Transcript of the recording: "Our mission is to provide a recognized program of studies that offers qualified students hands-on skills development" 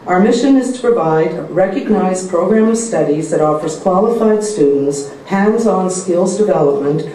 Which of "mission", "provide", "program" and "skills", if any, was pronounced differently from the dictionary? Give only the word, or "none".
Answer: none